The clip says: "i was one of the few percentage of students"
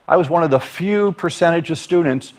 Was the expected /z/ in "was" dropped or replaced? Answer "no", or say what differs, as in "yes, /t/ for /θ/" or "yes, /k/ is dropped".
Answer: no